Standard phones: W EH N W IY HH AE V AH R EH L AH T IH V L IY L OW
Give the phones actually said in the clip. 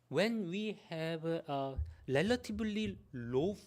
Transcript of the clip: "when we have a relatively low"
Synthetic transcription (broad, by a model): W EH N W IY HH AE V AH R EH L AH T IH B L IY L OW